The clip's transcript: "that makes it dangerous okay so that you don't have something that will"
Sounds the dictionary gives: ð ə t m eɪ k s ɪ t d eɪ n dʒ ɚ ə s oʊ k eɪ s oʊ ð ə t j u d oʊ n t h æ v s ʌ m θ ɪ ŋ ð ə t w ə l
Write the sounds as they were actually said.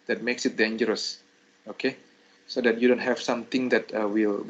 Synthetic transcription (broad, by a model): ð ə t m eɪ k s ɪ t d eɪ n dʒ ɚ ə s oʊ k eɪ s oʊ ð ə t j u d oʊ n t h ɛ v s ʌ m t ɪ ŋ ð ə t w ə l